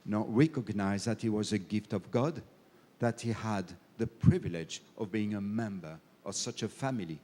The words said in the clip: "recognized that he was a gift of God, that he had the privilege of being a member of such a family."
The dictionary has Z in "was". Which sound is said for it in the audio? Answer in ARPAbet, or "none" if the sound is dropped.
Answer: Z